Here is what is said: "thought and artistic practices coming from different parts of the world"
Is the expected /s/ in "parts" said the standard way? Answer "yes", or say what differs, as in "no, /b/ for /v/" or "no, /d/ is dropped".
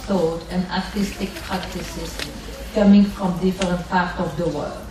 no, /s/ is dropped